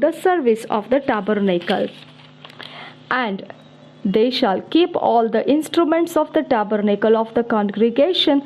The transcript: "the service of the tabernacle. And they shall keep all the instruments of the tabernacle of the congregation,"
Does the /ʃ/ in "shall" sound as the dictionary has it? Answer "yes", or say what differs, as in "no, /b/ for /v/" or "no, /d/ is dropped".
yes